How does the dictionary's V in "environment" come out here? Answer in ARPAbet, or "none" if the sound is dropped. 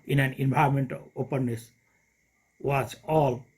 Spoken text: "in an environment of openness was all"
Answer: B